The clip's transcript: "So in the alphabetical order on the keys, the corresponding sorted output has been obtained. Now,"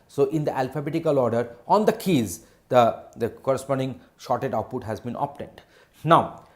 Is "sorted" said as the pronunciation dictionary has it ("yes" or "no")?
no